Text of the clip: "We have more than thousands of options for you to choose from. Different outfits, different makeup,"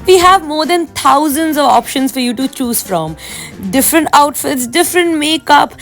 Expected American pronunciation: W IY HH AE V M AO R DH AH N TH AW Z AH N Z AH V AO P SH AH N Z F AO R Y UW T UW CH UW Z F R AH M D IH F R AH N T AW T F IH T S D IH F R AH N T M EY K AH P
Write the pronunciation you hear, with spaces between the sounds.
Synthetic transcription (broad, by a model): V IY HH AE V M AO R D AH N T AW Z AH N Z AH V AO P SH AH N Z F AO R Y UW T UW CH UW Z F R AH M D IH F R AH N T AW T F IH T S D IH F R AH N T M EY K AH P